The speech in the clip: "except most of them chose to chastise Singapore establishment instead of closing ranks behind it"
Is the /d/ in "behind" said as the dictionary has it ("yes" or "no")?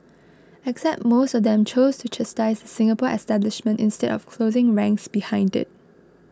yes